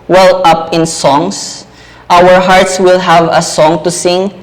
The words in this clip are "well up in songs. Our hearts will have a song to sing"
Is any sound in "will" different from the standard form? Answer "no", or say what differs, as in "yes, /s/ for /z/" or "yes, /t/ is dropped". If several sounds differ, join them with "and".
no